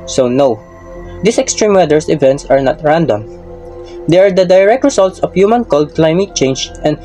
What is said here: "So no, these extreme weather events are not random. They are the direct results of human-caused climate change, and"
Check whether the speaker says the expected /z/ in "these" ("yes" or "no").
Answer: no